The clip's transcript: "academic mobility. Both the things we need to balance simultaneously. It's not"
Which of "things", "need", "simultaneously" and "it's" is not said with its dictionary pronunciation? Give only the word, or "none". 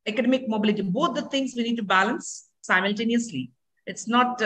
things